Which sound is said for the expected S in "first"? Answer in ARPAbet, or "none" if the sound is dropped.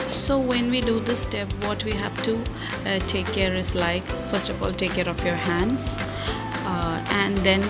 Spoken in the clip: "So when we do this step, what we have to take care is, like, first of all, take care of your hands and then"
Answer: S